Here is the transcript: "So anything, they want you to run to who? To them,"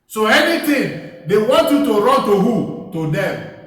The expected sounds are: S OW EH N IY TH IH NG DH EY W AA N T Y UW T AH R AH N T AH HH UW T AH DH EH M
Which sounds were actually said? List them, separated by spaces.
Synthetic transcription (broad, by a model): S OW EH N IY T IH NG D EY W AA N T Y UW T AH R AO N T AH HH UW T AH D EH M